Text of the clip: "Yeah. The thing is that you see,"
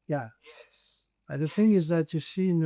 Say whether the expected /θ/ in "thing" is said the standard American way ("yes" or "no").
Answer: yes